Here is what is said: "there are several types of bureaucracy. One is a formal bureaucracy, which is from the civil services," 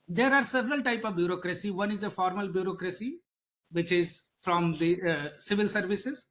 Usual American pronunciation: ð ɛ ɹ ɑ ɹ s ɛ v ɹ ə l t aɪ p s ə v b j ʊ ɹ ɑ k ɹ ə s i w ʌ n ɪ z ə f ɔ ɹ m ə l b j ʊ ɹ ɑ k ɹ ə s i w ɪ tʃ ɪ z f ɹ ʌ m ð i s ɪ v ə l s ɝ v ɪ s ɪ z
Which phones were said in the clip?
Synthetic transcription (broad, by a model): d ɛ ɹ ɑ ɹ s ɛ v ɹ ə l t aɪ p ə v b j ʊ ɹ ɑ k ɹ ə s i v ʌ n ɪ z ə f ɔ ɹ m ə l b j ʊ ɹ ɑ k ɹ ə s i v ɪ tʃ ɪ z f ɹ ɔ m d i s ɪ v ə l s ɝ v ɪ s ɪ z